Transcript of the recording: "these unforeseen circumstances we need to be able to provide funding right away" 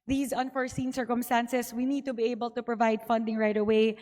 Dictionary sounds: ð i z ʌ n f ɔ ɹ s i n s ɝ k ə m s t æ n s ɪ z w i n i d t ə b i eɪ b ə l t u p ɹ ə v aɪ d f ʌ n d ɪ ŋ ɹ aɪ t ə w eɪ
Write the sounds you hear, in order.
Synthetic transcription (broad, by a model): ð i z ʌ n f ɔ ɹ s i n s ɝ k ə m s t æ n s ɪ s w i n i d t ə b i eɪ b ə l t u p ɹ ə v aɪ d f ʌ n d ɪ ŋ ɹ aɪ t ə w eɪ